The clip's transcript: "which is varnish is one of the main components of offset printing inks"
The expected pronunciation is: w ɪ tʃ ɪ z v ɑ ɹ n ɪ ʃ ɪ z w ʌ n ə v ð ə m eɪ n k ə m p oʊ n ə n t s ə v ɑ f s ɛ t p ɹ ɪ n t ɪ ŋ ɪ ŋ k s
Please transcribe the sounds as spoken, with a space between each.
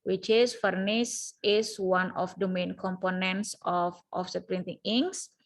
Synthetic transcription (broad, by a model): w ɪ tʃ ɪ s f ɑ ɹ n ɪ s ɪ s w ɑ n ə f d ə m eɪ n k ə m p oʊ n ə n t s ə f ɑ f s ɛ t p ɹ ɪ n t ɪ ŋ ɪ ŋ s